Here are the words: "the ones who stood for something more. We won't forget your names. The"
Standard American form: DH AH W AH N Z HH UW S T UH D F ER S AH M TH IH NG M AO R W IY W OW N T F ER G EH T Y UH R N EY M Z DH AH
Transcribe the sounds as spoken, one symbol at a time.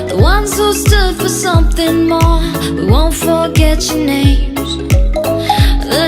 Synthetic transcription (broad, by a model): DH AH W AH N Z HH UW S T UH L F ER S AH M TH IH NG M AO R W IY W OW N T F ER G EH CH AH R N EY M Z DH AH